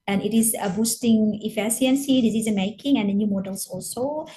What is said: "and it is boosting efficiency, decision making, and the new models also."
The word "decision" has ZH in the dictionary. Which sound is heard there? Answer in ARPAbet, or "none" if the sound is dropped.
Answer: Z